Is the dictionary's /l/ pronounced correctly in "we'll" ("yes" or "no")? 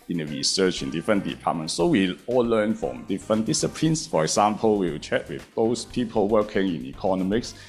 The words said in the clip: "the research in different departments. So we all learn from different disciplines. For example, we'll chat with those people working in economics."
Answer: no